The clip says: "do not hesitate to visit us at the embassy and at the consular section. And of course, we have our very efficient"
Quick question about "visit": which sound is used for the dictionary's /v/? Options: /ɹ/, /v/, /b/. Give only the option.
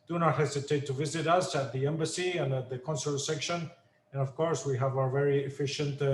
/v/